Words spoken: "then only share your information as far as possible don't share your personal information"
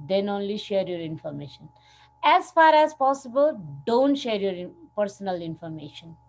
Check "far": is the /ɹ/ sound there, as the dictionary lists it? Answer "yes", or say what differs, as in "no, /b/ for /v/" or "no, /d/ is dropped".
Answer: yes